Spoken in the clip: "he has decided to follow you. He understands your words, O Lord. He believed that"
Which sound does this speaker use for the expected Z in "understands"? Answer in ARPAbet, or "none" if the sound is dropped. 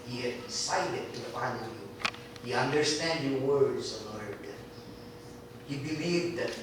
none